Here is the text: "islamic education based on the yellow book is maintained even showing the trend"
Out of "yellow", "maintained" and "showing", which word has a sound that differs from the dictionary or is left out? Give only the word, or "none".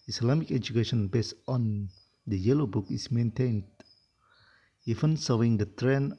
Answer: showing